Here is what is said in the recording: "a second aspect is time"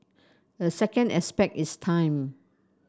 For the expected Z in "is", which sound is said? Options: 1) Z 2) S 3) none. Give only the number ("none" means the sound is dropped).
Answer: 2